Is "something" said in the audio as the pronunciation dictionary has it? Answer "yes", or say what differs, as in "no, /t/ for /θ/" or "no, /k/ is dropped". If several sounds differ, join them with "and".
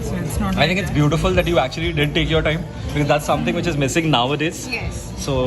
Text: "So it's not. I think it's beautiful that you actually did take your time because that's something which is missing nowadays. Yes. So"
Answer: no, /t/ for /θ/